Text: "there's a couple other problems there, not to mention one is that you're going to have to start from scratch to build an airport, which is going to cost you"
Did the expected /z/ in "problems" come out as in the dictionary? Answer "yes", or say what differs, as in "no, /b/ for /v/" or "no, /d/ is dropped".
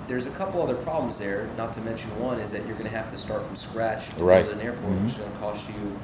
yes